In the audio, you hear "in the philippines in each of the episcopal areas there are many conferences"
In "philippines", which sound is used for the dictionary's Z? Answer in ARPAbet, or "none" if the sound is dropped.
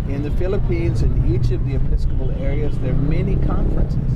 Z